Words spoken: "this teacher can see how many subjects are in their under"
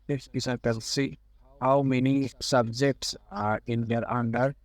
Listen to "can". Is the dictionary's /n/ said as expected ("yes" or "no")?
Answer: no